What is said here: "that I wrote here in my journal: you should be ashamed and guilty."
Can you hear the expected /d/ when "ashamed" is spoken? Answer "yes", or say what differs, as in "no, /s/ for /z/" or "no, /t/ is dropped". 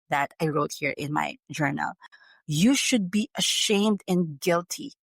yes